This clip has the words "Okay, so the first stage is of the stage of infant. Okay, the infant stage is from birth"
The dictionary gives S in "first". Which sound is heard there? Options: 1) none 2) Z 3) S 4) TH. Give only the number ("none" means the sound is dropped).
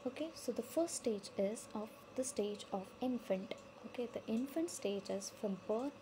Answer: 3